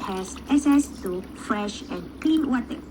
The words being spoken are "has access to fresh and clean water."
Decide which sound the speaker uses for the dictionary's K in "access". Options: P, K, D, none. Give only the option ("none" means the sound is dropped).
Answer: none